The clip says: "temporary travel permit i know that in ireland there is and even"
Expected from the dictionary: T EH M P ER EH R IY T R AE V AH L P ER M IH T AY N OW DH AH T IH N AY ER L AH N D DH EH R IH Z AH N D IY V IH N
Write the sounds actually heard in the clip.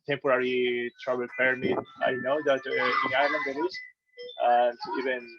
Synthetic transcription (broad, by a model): T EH M P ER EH R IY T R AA B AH L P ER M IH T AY N OW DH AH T IH N AY ER L AH N D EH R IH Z AH N D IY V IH N